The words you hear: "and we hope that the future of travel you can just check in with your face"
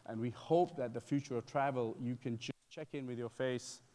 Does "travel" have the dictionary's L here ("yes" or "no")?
yes